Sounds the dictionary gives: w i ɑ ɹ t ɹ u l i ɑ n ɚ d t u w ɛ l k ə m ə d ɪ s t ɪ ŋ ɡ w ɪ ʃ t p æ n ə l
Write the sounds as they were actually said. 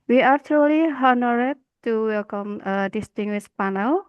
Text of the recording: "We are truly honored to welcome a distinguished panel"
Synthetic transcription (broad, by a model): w i ɑ ɹ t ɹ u l i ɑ n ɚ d t u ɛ k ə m ə d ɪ s t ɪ ŋ ɡ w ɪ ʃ p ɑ n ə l